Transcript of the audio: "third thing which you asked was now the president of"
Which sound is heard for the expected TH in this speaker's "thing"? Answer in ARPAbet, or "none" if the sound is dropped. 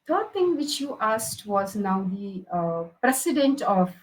T